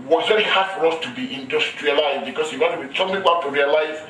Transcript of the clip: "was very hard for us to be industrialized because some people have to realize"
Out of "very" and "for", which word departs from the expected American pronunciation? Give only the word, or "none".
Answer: none